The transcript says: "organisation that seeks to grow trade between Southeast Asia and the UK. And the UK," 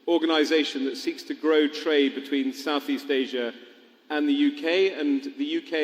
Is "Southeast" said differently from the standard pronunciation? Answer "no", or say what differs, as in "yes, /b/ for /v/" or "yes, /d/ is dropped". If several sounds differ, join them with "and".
no